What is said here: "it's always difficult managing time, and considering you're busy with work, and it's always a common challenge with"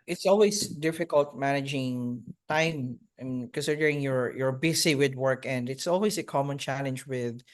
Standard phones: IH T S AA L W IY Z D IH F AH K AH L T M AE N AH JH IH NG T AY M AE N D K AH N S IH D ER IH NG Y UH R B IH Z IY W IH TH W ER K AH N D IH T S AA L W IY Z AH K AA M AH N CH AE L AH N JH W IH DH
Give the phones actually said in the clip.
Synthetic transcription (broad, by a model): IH T S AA L W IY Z D IH F AH K AH L T M AE N AH JH IH NG T AY M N K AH N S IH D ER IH NG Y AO R B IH S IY W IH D W ER K AH N D IH T S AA L W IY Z AH K AA M AH N CH AE L AH N JH W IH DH